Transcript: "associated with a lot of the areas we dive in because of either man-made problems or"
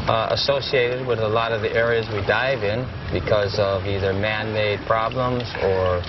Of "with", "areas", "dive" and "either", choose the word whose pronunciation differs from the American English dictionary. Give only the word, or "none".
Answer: none